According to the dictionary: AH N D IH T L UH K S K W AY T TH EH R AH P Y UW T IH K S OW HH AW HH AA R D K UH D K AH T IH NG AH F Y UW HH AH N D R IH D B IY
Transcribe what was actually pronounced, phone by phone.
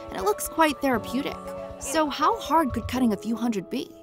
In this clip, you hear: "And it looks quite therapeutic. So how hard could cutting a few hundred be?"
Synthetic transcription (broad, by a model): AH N IH T L UH K S K W AY T TH EH R AH P Y UW T IH K S OW HH AW HH AA R D K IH D K AH T IH NG AH F Y UW HH AH N D R IH D B IY